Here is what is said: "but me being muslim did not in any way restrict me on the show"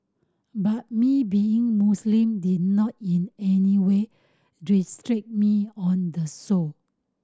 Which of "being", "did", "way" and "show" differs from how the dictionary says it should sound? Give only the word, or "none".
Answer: show